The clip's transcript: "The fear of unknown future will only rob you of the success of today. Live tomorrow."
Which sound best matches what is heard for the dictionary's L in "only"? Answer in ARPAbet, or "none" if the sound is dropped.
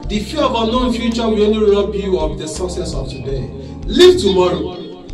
none